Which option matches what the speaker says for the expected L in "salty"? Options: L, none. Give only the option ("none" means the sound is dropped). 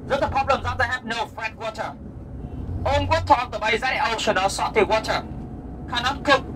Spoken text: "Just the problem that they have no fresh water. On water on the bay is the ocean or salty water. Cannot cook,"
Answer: none